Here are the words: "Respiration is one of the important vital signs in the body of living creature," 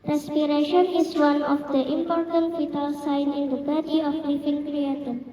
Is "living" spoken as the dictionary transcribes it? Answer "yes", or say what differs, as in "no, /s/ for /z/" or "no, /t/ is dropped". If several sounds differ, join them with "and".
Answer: no, /f/ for /v/